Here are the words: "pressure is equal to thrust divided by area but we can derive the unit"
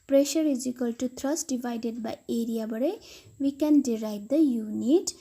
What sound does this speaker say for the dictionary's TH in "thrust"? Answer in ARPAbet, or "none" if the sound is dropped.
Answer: T